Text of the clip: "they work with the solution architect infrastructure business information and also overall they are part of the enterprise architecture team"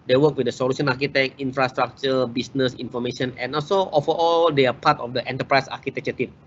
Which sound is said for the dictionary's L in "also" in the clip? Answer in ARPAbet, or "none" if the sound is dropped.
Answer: L